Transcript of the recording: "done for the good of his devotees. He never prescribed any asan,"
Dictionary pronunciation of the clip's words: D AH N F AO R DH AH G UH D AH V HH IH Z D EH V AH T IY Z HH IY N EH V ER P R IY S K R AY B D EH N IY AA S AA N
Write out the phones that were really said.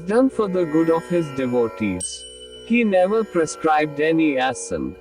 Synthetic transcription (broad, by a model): D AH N F AO R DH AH G UH D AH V HH IH Z D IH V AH T IY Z HH IY N EH V ER P R IY S K R AY B D EH N IY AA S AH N